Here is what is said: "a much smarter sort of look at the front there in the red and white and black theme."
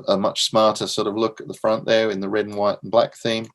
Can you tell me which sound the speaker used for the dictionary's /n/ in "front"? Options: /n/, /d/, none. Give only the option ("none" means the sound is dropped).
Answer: /n/